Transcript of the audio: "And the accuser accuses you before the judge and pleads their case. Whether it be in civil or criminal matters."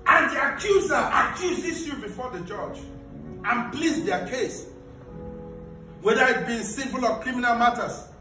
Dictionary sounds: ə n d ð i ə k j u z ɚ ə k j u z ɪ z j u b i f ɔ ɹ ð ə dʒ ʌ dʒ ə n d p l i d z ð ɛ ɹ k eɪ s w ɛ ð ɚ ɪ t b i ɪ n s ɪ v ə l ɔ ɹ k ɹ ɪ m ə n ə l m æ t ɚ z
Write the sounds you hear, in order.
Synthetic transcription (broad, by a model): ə n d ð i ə k j u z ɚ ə k j u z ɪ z j u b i f ɔ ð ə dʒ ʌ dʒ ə n p l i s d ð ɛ k eɪ s w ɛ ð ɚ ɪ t b i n s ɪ p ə l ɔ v k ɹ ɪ m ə n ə l m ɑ t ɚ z